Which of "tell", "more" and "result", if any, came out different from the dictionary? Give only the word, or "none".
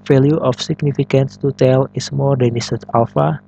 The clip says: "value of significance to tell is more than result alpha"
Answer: result